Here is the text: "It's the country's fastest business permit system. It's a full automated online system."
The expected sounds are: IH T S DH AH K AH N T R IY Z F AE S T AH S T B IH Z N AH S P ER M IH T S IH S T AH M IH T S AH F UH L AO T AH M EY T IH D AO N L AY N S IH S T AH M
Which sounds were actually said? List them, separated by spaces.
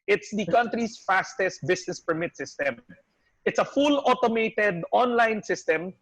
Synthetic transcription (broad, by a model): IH T S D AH K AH N T R IY S F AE S T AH S T B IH S N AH S P ER M IH T S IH S T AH M IH T S AH F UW L AO T AH M EY T IH D AO N L AY N S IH S T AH M